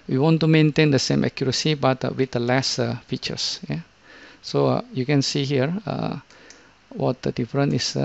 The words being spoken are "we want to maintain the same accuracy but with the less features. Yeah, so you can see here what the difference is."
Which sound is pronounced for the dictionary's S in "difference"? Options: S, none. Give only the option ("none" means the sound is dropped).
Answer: none